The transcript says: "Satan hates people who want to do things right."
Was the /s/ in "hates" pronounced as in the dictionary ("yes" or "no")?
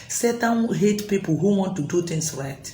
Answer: no